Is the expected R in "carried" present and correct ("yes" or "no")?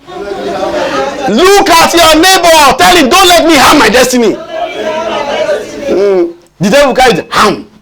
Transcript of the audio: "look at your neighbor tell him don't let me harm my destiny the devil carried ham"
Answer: no